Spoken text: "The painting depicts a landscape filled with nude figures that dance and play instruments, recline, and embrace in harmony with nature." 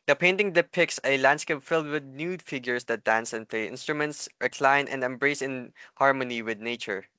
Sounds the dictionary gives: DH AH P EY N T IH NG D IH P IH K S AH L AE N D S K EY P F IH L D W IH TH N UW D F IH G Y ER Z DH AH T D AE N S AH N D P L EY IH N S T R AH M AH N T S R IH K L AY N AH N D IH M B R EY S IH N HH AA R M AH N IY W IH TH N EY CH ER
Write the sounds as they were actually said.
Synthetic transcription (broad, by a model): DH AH P EY N T IH NG D IH P IH K S AH L AE N D S K EY P F IH L D W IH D N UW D F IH G Y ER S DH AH T D AE N S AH N P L EY IH N S T R AH M AH N T S R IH K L AY N AH N D IH M B R EY S IH N HH AA R M AH N IY W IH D N EY CH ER